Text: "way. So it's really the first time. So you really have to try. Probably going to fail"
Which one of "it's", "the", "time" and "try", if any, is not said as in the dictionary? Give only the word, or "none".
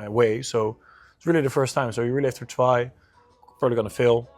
try